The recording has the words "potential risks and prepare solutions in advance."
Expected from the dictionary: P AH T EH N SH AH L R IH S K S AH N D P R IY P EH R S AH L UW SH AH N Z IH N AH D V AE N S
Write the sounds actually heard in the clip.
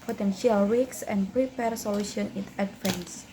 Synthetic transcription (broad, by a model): P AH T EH N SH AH L W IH K S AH N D P R IY P EH R S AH L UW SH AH N IH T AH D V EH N S